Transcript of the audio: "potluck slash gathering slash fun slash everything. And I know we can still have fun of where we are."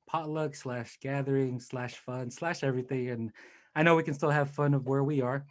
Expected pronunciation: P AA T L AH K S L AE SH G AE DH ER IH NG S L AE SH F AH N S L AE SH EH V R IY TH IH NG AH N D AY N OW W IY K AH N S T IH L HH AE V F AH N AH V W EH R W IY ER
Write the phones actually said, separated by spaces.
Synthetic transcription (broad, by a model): P AA T L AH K S L AE SH G AE DH ER IH NG S L AE SH F AH N S L AE SH EH V R IY TH IH NG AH N AY N OW W IY K AH N S T IH L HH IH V F AH N AH V W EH R W IY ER